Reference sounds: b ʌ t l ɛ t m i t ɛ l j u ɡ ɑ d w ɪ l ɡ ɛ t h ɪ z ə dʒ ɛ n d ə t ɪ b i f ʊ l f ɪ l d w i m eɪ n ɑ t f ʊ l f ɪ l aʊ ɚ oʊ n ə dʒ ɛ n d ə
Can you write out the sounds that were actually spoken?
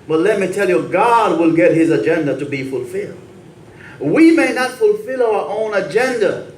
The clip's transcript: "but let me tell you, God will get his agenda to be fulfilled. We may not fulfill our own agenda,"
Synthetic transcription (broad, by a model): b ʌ t l ɛ t m i t ɛ l j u ɡ ɑ d w ɪ l ɡ ɛ t h ɪ z ə dʒ ɛ n d ə t ɪ b i f ʊ l f ɪ l d w i m eɪ n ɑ t f ʊ l f ɪ l aʊ ɚ oʊ n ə dʒ ɛ n d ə